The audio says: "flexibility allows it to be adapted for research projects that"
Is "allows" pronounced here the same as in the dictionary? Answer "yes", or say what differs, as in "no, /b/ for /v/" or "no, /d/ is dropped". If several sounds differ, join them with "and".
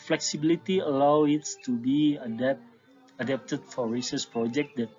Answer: no, /z/ is dropped